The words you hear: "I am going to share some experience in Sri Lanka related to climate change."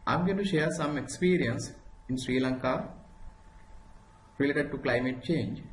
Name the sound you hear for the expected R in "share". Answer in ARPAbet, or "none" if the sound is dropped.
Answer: R